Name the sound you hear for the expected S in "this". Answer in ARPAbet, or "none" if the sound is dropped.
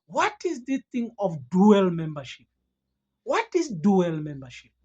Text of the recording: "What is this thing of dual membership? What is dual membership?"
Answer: none